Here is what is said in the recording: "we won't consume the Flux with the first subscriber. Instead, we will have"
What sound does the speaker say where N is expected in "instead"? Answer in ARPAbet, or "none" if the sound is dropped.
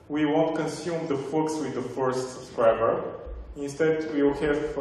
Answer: N